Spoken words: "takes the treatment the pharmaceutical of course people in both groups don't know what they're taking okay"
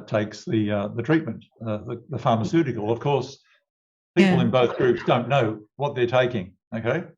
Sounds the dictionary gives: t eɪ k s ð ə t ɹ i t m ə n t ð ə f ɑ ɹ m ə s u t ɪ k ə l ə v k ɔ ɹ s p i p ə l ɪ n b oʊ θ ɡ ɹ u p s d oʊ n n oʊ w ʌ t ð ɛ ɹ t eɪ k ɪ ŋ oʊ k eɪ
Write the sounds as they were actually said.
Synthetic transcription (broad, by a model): t eɪ k s ð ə t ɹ i t m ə n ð ð ə f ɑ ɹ m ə s u t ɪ k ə l ə v k ɔ ɹ s p i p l ɪ n b oʊ θ ɡ ɹ u p s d oʊ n n oʊ w ʌ t ð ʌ ɹ t eɪ k ɪ ŋ oʊ k eɪ